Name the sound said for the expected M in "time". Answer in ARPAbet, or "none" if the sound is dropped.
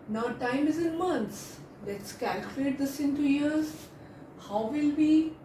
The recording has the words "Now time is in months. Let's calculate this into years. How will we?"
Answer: M